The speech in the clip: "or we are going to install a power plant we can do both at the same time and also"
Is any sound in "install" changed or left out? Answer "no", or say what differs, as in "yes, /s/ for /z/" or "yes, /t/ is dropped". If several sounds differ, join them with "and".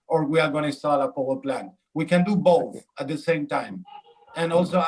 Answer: yes, /n/ is dropped